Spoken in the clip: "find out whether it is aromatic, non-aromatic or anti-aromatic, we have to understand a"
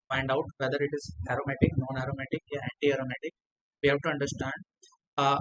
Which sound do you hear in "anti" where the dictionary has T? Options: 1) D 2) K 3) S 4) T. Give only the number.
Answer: 4